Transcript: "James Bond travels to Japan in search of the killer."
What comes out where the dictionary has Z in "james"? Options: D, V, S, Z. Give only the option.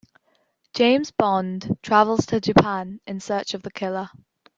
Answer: Z